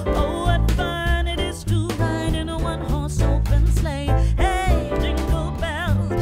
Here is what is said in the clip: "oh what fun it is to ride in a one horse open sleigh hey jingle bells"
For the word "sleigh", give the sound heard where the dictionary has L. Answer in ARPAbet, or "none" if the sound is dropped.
L